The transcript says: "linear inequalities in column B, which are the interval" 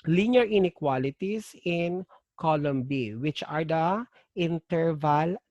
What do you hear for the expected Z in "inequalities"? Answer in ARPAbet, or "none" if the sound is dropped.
S